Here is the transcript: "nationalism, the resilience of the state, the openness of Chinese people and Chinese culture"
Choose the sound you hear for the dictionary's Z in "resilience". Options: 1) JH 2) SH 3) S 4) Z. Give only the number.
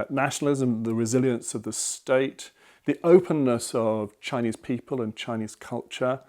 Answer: 4